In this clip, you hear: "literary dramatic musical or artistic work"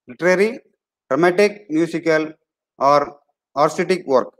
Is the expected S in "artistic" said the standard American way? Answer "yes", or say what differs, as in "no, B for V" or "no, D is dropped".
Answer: no, S is dropped